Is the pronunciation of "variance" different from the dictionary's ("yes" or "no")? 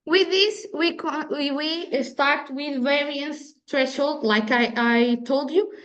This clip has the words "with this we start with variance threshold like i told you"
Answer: yes